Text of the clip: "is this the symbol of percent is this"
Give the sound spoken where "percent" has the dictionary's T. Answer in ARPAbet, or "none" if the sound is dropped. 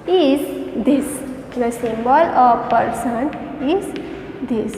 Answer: none